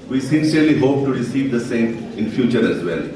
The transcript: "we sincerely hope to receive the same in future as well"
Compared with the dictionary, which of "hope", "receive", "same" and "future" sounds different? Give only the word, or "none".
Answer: none